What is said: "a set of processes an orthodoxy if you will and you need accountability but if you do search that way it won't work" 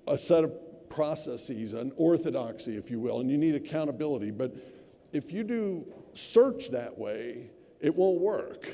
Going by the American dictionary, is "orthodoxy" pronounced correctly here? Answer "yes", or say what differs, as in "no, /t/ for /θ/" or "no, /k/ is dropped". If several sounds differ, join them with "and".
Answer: yes